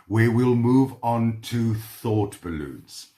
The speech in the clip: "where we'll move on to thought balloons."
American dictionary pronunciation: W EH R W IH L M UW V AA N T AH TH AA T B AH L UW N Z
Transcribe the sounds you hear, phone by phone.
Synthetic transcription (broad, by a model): W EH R W IH L M UW V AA N T AH TH AA T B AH L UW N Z